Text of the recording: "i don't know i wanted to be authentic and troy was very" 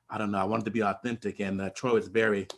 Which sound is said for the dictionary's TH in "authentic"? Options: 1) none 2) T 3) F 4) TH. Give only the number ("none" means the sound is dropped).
4